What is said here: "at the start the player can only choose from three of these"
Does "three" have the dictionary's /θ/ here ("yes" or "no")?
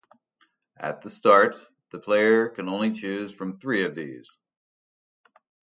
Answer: yes